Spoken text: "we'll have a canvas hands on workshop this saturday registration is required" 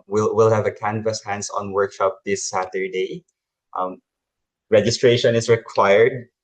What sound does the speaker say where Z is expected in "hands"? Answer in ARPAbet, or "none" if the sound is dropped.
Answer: S